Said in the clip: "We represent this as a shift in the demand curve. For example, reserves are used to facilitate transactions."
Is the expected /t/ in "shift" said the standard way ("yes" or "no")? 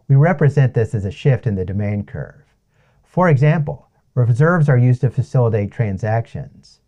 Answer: yes